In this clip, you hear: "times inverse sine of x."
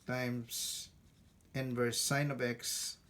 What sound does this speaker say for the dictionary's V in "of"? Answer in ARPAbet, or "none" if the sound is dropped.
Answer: B